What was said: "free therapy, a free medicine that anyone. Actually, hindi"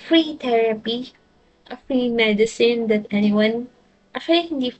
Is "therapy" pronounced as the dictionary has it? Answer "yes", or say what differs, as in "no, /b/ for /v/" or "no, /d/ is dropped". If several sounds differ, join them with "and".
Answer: no, /t/ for /θ/